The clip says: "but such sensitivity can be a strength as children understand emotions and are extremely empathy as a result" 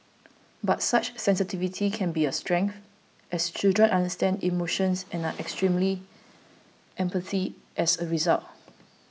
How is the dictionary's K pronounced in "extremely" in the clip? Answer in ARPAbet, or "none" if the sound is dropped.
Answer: K